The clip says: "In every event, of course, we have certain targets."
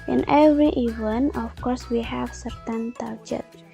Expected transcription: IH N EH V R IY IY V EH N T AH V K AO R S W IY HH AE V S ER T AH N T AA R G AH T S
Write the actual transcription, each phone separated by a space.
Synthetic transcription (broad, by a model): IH N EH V R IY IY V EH N AH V K AO R S W IY HH AE V S ER T AH N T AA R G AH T